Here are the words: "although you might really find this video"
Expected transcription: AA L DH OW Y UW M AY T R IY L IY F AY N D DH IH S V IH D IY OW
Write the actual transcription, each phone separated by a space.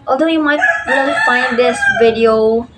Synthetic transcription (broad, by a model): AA L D OW Y UW M AY T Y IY N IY F AY N D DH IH S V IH D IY OW